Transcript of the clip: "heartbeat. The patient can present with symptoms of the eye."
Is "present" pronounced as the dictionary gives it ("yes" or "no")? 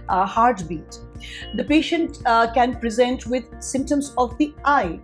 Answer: yes